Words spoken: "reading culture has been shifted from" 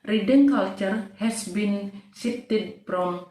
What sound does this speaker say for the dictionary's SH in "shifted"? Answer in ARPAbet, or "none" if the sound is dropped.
S